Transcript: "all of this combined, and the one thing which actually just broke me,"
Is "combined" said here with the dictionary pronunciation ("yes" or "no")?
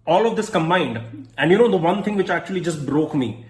yes